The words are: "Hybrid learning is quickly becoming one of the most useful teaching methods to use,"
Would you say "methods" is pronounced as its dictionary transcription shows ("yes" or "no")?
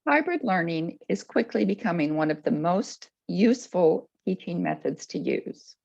yes